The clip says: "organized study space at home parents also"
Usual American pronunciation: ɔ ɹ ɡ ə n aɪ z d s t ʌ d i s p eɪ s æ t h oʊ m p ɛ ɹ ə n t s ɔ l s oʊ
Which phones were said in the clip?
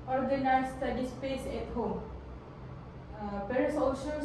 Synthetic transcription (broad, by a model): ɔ ɹ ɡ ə n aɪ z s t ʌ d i s p eɪ s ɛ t h oʊ m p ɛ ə t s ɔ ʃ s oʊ